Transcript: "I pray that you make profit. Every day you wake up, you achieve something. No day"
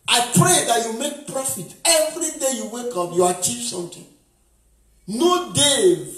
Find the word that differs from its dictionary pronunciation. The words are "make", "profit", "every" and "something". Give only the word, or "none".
something